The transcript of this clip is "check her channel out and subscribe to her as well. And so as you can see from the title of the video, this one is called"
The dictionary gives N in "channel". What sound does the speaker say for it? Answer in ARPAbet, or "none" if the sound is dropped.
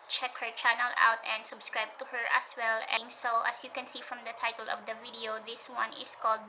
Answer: N